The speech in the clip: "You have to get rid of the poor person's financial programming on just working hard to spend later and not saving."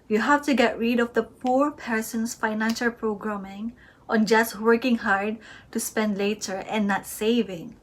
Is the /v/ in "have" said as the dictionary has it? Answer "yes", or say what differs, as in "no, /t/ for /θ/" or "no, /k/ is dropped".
no, /f/ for /v/